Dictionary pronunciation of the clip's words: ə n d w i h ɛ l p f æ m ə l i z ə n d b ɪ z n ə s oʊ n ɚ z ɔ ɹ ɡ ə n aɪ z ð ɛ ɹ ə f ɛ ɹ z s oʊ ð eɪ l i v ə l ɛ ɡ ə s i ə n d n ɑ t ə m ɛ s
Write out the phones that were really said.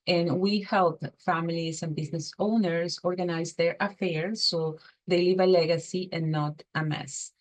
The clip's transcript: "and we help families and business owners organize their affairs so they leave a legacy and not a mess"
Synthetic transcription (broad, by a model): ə n w i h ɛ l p f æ m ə l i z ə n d b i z n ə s oʊ n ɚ s ɔ ɹ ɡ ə n aɪ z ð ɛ ɹ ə f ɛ ɹ s oʊ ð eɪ l i v ə l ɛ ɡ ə s i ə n n ɑ t ə m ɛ s